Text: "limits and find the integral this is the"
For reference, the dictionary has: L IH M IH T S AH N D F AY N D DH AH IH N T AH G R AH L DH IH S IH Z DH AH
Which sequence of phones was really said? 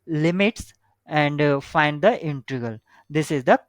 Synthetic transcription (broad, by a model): L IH M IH T S AH N D F AY N D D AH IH N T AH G AH L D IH S IH Z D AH